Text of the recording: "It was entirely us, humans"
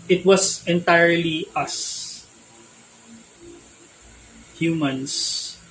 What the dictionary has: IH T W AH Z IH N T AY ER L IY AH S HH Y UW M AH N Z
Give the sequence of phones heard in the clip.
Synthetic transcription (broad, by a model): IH T W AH S IH N T AY ER L IY AH S HH Y UW M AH N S